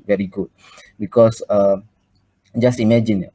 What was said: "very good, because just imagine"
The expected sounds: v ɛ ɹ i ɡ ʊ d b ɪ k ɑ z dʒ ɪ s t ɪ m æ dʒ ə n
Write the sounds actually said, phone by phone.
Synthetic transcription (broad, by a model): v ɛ ɹ i ɡ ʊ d b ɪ k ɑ s dʒ ɪ s t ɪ m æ dʒ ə n